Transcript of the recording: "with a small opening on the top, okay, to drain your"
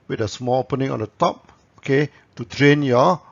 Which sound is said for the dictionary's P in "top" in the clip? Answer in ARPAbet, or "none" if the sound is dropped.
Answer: P